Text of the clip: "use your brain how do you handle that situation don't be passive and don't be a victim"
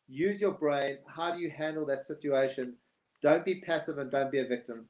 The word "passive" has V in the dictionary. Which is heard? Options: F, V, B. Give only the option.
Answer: V